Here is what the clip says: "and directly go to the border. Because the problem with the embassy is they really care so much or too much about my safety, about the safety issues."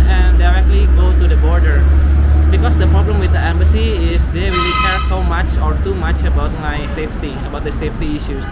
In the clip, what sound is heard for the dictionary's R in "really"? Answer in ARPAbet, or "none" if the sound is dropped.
W